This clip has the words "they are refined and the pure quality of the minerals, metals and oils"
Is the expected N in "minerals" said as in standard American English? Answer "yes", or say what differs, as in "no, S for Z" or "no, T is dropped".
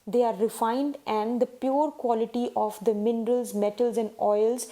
yes